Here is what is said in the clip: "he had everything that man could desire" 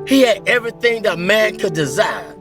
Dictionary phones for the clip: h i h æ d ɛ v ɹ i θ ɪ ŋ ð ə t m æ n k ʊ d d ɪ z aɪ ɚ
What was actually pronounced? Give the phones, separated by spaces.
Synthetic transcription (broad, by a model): h i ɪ d ɛ v ɹ i θ ɪ ŋ ð ə t m æ n k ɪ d d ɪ z aɪ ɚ